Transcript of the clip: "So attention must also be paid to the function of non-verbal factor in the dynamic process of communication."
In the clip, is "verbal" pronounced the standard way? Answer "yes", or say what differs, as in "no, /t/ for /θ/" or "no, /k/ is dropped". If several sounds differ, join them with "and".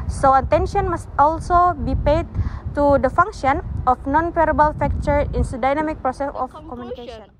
no, /p/ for /v/